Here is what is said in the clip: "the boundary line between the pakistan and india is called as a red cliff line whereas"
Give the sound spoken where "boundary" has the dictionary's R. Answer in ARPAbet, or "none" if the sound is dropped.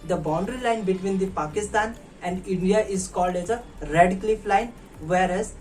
R